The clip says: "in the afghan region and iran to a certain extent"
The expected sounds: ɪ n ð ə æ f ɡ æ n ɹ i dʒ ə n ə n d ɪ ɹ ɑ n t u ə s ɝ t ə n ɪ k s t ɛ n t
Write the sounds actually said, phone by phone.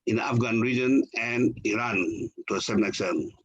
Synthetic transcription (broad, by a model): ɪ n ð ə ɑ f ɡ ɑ n ɹ i dʒ ə n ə n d ɪ ɹ ɑ n t u ə s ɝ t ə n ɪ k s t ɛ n